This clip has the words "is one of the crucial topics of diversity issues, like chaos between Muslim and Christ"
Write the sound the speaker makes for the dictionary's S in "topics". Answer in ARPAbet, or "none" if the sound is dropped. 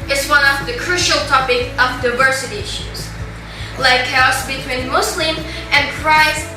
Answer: none